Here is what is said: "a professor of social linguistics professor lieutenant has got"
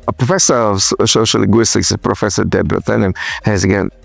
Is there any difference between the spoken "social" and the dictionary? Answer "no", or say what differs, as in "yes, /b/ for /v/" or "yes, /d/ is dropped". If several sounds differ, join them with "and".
yes, /ʃ/ is dropped